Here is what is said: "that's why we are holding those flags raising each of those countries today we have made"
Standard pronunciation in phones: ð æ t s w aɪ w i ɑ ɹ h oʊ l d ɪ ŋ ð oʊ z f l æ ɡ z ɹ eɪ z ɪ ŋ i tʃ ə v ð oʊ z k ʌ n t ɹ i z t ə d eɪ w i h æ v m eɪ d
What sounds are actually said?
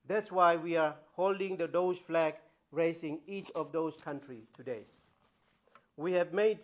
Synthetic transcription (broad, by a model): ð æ t s w aɪ w i ɑ ɹ h oʊ l d ɪ ŋ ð oʊ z f l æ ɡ ɹ eɪ s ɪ ŋ i tʃ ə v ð oʊ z k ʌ n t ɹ i t ə d eɪ w i h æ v m eɪ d